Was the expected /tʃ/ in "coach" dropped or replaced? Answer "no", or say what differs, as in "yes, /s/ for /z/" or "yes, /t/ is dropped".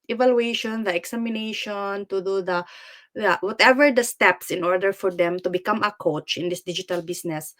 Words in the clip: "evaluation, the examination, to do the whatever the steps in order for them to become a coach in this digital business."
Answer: no